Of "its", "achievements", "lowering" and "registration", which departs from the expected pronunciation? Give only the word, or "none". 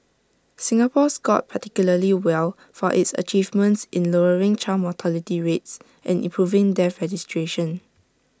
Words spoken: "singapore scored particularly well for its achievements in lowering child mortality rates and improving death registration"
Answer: none